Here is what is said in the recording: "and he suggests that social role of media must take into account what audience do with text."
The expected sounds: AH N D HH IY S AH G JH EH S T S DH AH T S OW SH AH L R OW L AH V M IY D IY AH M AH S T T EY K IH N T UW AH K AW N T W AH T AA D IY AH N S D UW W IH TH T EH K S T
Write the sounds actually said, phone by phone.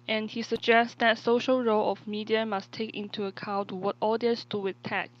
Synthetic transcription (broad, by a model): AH N HH IY S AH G JH EH S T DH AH T S OW SH AH L R OW L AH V M IY D IY AH M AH S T T EY K IH N T UW AH K AW N T W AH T AA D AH S D UW W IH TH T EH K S